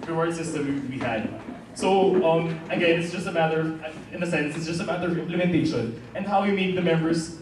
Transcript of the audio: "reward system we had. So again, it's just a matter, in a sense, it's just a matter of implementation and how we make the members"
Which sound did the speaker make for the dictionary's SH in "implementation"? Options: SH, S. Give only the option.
SH